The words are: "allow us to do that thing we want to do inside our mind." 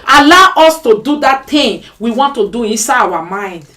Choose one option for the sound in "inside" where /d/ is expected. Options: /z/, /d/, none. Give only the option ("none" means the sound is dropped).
none